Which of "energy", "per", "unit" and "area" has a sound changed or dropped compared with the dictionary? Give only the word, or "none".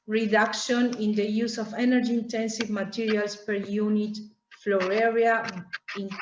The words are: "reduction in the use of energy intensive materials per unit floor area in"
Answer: none